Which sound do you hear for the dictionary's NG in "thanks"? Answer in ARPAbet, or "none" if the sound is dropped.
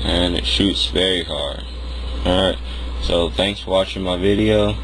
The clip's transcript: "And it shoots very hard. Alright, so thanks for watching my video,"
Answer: NG